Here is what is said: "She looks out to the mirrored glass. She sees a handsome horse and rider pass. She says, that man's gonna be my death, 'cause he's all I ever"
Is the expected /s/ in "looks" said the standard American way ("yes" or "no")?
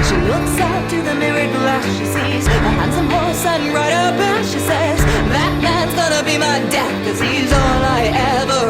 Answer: yes